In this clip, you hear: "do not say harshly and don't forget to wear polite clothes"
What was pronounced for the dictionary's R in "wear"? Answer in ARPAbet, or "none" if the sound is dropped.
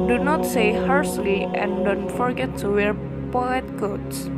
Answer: R